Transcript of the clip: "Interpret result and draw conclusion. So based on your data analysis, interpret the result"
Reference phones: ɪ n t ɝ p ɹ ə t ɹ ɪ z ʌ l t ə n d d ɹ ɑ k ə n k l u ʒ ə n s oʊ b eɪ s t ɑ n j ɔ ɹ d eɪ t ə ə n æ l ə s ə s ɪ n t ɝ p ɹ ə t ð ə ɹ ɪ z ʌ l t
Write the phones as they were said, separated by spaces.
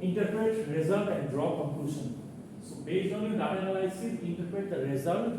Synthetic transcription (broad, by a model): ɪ n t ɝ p ɹ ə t ɹ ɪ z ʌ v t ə n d d ɹ ɑ k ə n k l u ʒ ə n s oʊ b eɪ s i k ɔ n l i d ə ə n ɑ l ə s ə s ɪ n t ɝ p ɹ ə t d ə ɹ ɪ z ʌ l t